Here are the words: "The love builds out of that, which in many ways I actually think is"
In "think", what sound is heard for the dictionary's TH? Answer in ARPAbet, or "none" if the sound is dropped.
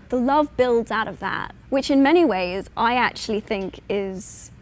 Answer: TH